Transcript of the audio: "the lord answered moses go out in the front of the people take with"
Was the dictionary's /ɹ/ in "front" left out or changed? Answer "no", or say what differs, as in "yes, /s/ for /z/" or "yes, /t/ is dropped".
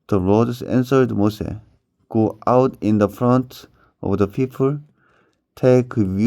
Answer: no